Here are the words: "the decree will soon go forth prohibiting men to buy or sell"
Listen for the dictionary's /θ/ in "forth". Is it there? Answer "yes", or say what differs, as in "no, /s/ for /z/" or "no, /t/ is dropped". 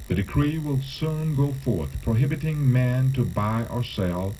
yes